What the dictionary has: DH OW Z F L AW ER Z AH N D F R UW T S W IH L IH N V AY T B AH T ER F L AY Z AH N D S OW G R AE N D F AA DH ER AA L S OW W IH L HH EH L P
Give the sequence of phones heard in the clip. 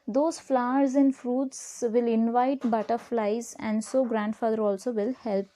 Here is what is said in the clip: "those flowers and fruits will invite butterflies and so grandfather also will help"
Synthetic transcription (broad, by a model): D OW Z F L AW ER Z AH N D F R UW T S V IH L IH N V AY T B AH T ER F L AY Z AH N D S OW G R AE N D F AA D ER AA L S OW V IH L HH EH L P